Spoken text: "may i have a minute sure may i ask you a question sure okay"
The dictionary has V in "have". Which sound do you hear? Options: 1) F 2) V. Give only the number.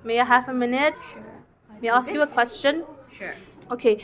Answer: 1